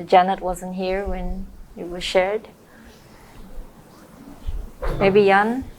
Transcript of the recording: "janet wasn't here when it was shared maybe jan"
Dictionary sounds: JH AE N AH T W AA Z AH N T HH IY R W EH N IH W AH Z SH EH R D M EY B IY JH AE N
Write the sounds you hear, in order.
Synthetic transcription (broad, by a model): JH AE N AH T W AA Z AH N T HH IY R W EH N IH W AH Z SH EH R D M EY B IY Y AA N